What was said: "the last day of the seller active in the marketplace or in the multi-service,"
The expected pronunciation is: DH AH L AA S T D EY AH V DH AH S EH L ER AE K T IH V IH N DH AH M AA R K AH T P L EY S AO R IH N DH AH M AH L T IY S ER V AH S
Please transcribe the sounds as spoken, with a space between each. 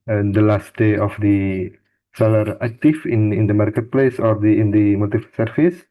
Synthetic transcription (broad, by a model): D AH L AA S T D EY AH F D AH S EH L ER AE K T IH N IH N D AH M AA R K AH T P L EY S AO R IH N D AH M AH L T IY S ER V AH S